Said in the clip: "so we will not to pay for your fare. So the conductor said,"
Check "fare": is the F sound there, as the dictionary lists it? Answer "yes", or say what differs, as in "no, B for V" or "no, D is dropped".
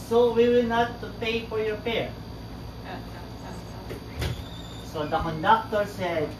no, P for F